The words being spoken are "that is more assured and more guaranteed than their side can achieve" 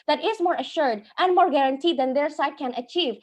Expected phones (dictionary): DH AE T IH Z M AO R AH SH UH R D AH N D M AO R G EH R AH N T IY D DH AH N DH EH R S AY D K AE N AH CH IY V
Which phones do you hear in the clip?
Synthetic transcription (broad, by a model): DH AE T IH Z M AO R AH SH UH R D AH N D M AO R G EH R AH N T IY D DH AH N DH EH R S AY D K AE N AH CH IY V